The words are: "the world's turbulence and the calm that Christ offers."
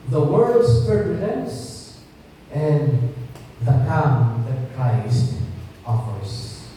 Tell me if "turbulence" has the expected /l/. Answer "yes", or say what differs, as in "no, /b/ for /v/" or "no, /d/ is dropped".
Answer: no, /n/ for /l/